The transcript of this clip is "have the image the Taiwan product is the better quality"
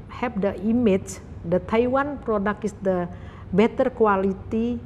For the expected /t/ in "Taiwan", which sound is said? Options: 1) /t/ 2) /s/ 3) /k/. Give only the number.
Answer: 1